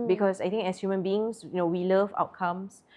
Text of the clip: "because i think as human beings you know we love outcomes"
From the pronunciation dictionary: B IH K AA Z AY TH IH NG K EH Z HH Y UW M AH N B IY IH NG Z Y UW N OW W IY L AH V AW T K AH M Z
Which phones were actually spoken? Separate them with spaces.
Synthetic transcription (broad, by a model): B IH K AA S AY T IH NG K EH S HH Y UW M AH N B IY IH NG S Y UW N OW W IY L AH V AW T K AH M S